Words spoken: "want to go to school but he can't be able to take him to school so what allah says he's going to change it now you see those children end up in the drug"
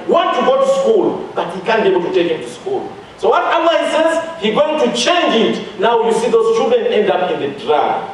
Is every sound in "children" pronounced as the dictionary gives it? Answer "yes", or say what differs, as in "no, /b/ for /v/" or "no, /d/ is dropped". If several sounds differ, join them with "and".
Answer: no, /l/ is dropped